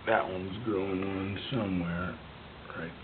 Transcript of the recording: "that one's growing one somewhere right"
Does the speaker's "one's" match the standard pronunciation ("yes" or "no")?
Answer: yes